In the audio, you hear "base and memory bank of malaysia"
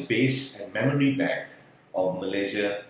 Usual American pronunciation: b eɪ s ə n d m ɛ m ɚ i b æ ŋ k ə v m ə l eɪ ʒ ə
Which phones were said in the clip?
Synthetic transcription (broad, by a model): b eɪ s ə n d m ɛ m ɚ i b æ k ə v m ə l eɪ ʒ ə